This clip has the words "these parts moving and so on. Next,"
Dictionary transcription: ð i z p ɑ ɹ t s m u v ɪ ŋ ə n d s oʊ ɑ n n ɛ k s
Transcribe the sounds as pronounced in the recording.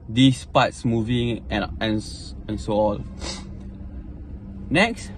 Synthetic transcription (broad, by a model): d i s p ɑ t s m u v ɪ ŋ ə n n s oʊ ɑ l n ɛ k s